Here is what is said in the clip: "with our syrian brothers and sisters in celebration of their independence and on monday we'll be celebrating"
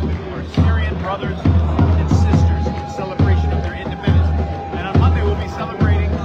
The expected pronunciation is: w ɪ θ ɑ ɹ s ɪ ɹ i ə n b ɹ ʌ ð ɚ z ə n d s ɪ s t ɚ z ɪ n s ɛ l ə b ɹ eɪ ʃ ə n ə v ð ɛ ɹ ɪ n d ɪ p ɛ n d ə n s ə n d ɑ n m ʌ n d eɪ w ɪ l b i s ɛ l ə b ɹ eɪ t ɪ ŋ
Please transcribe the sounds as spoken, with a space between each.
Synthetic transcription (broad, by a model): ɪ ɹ s ɪ ɹ i ə n b ɹ ʌ ð ɚ z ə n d s ɪ s t ɚ z ɪ n s ɛ l ə b ɹ eɪ ʃ ə n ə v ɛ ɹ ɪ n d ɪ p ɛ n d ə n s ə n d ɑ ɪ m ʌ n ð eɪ w ɪ l b i s ɛ l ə b ɹ eɪ t ɪ ŋ